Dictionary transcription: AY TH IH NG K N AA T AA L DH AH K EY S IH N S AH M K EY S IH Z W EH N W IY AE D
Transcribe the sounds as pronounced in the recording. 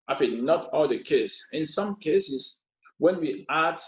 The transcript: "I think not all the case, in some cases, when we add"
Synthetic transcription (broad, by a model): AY F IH N AA T AA L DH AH K EY S IH N S AH M K EY S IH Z W EH N W IY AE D